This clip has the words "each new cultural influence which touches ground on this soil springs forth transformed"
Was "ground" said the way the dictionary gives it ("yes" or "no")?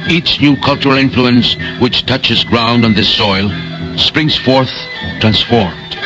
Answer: yes